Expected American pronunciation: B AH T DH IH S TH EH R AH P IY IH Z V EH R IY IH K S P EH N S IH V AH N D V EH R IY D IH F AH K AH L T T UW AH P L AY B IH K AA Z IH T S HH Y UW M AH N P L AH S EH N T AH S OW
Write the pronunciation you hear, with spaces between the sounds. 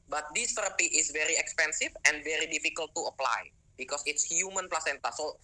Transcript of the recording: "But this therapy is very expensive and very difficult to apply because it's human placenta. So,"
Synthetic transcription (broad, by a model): B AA T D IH S T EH R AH P IY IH S V EH R IY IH K S P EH N S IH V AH N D V EH R IY D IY F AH K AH L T T UW AH P L AY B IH K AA S IH T S HH Y UW M AH N P L AH S EH N T AH S OW